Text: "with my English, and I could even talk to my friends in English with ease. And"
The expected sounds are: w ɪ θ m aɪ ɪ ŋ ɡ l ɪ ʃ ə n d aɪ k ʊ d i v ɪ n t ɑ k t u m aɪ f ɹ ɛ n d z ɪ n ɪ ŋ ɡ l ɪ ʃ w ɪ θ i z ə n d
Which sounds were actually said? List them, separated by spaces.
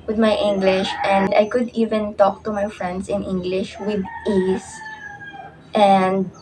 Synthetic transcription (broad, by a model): w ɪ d m aɪ ɪ ŋ ɡ l ɪ ʃ ə n d aɪ k ʊ d i v ɪ n t ɑ k t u m aɪ f ɹ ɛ n d s ɪ n ɪ ŋ ɡ l ɪ ʃ w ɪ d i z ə n d